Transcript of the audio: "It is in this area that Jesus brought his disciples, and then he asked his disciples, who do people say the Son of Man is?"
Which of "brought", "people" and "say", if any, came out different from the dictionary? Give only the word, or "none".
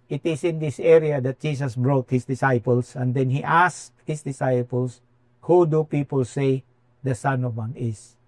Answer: none